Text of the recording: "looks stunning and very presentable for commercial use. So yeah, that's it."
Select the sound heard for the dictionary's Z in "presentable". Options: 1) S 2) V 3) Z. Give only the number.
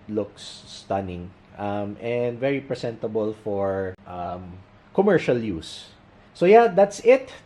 1